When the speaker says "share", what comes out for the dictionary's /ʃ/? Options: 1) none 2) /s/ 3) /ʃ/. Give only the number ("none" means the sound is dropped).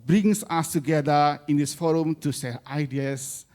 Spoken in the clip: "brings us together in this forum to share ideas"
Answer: 2